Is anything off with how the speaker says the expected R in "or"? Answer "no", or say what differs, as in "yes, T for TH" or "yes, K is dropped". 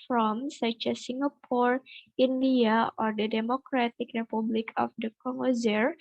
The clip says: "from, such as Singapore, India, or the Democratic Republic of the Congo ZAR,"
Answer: no